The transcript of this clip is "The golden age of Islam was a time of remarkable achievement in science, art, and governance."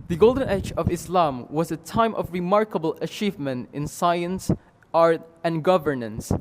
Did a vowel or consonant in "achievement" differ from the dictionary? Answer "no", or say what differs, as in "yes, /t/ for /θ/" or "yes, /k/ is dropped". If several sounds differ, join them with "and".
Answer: no